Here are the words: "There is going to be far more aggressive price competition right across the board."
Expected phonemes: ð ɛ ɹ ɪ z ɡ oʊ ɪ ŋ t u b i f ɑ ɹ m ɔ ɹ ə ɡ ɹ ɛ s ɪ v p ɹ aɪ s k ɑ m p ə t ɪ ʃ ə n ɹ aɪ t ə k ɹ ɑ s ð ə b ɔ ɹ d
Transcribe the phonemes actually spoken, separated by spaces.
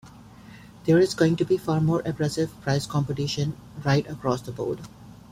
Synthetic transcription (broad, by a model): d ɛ ɹ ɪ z ɡ oʊ ɪ ŋ t u b i f ɑ ɹ m ɔ ɹ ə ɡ ɹ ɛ s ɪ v p ɹ aɪ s k ɑ m p ə t ɪ ʃ ə n ɹ aɪ t ə k ɹ ɑ s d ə b ɔ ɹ d